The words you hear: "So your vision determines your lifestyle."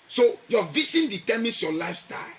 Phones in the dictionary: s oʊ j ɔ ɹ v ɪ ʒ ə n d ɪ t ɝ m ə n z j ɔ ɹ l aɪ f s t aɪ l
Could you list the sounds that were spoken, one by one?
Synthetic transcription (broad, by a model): s oʊ j ɔ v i s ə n d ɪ t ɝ m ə n s j ɔ l aɪ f s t aɪ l